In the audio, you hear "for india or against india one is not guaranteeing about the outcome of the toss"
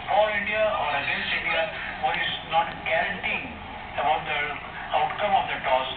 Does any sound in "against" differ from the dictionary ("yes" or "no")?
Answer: yes